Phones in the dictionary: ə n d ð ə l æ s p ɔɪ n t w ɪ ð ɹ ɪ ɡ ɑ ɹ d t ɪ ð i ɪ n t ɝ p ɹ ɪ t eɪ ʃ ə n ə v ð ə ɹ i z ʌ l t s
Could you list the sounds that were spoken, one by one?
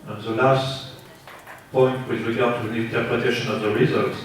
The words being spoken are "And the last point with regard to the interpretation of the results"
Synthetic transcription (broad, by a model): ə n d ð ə l æ s p ɔɪ n t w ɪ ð ɹ ɪ ɡ ɑ ɹ d t ɪ ð i ɪ n t ɝ p ɹ ɪ t eɪ ʃ ə n ə v ð ə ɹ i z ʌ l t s